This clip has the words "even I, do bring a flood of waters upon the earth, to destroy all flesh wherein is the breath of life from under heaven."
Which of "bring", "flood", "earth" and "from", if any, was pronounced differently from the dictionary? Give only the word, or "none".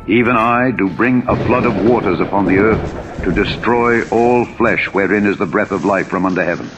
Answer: none